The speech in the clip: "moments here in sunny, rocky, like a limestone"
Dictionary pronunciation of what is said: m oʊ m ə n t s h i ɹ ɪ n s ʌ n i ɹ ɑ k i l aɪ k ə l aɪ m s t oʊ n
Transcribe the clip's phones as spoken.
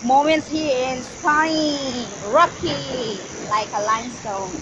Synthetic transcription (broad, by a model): m oʊ m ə n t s h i ɪ n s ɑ i ɹ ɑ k i l aɪ k ə l aɪ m s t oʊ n